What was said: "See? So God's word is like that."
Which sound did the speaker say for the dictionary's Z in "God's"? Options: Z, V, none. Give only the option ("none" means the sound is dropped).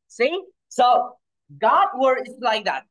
none